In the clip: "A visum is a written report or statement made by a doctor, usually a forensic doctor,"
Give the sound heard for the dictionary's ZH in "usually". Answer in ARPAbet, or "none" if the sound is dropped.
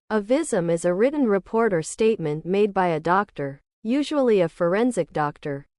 ZH